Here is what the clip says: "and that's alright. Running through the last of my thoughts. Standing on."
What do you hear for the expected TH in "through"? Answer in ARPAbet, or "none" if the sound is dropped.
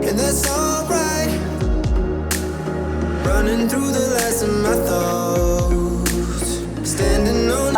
TH